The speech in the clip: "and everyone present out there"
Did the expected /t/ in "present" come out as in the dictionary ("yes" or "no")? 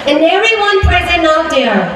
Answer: no